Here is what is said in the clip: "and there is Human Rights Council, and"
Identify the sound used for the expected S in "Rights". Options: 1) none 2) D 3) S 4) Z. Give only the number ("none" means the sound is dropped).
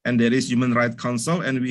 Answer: 1